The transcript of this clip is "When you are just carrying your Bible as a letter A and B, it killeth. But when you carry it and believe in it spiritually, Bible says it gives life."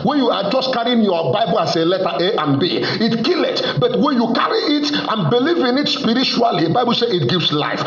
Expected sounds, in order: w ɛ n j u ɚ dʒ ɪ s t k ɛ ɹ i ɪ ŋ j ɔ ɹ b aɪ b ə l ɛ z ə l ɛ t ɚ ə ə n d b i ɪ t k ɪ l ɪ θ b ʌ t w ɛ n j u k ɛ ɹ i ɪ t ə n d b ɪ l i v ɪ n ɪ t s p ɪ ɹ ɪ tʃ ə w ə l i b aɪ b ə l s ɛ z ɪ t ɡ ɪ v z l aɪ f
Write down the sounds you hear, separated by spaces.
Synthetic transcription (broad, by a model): w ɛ n j u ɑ dʒ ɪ s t k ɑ ɹ i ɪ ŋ j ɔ b aɪ b ə l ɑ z ə l ɛ t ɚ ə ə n b i ɪ t k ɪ l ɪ t b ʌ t w ɛ n j u k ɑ ɹ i ɪ t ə n b ɪ l i v ɪ n ɪ t s p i ɹ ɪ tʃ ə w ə l i b aɪ b ə l s ɛ ɪ t ɡ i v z l aɪ f